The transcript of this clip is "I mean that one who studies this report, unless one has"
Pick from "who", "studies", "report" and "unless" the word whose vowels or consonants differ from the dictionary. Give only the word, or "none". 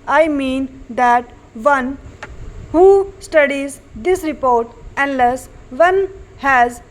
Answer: none